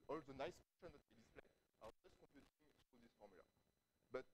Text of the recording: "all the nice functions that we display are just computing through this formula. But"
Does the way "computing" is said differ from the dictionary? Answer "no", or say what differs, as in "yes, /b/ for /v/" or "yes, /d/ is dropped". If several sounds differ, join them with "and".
no